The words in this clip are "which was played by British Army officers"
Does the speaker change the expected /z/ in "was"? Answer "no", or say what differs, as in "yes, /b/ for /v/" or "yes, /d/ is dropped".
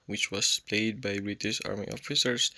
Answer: yes, /s/ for /z/